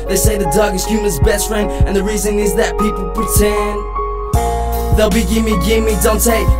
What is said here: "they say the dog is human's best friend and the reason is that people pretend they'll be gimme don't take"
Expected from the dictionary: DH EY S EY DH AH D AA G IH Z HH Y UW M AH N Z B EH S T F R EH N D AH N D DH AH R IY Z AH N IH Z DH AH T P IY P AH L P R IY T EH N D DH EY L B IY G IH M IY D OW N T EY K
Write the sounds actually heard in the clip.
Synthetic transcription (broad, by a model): DH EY S EY DH AH D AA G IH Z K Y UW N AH Z B EH S T F R EH N D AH N DH AH R IY Z AH N IH Z DH AH T P IY P L P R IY T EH N DH EY L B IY G IH M IY D OW N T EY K